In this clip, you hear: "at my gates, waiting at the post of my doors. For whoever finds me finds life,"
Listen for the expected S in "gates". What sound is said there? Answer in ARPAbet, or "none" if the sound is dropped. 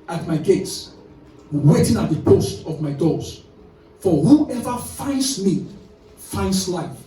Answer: S